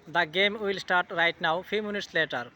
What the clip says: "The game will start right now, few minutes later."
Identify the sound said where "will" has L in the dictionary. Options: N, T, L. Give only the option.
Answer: L